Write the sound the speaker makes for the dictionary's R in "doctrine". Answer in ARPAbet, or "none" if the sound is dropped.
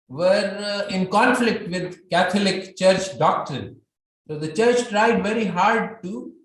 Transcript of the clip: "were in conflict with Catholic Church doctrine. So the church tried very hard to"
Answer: none